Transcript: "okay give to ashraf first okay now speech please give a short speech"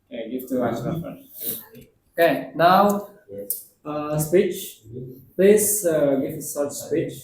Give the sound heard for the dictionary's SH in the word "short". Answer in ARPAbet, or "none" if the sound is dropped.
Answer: S